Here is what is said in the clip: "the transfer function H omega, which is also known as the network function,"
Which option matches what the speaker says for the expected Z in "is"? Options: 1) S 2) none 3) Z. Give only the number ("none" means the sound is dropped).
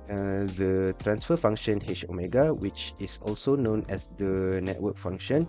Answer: 1